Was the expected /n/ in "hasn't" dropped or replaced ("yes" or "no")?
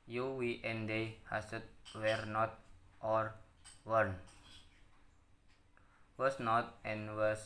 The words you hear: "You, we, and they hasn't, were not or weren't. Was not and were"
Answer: yes